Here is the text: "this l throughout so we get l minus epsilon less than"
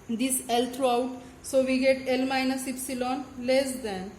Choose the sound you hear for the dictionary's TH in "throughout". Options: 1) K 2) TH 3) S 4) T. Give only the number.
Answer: 4